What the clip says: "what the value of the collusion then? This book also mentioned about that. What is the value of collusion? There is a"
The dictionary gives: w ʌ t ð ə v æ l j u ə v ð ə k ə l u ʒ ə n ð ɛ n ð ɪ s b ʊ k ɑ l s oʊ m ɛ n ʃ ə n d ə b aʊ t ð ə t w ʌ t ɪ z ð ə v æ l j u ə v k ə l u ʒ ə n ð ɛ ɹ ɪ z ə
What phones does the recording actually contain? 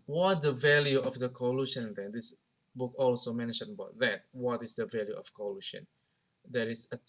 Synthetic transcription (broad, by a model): w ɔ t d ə v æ l j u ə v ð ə k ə l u ʃ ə n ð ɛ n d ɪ s b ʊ k ɑ l s oʊ m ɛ n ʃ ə n ə b aʊ t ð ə t w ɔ t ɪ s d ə v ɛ l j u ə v k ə l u ʃ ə n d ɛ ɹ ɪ s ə